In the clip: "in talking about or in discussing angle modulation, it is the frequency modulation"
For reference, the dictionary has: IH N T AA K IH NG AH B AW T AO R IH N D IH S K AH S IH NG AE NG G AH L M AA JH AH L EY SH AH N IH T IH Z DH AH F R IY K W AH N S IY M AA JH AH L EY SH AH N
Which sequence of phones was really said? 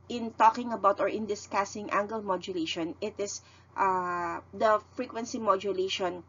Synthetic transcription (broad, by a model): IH N T AA K IH NG AH B AW T AO R IH N D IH S K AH S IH NG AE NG G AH L M AA JH AH L EY SH AH N IH T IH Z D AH F R IY K W AH N S IY M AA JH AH L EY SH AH N